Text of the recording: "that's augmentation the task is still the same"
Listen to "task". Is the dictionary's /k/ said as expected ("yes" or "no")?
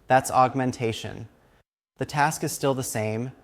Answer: yes